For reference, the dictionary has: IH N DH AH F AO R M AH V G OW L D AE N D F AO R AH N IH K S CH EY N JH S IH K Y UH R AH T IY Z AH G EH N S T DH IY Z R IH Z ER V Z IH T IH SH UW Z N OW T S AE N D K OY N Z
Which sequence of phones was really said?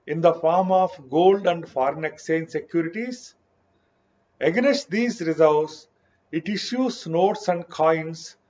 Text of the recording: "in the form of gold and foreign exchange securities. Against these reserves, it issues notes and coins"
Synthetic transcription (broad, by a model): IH N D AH F AO R M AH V G OW L D AE N D F AO R AH N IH K S EY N S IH K Y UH R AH T IY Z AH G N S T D IY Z R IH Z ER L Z IH T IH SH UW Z N OW T S AE N D K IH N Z